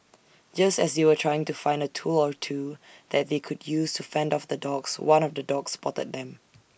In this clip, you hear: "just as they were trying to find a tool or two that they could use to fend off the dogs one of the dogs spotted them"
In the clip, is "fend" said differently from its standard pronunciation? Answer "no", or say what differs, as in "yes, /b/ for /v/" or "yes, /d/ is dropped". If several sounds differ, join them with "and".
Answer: no